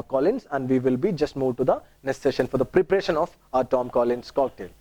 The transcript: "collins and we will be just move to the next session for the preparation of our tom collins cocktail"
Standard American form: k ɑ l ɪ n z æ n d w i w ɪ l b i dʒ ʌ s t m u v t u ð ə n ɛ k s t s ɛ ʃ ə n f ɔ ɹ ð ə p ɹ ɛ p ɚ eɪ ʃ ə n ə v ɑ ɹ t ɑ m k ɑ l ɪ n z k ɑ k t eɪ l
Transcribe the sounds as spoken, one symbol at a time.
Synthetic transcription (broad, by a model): k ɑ l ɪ n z æ n d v i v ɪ l b i dʒ ʌ s t m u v t u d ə n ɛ s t s ɛ ʃ ə n f ɔ ɹ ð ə p ɹ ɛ p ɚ eɪ ʃ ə n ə f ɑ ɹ t ɑ m k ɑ l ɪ n s k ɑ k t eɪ l